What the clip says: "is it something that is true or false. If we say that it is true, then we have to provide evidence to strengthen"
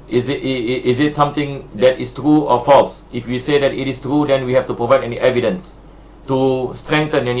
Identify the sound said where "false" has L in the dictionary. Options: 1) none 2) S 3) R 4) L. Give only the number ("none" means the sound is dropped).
4